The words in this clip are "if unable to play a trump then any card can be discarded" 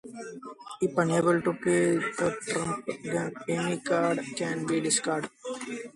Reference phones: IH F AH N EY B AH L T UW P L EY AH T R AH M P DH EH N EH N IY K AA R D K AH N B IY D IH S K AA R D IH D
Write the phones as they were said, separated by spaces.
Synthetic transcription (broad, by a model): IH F AH N EY B AH L T UW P EY AH T R AH M P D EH EH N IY K AA R D K AH N B IY D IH S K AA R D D